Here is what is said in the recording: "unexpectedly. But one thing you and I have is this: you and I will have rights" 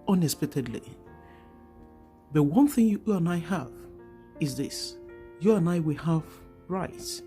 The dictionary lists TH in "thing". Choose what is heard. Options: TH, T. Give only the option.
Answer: TH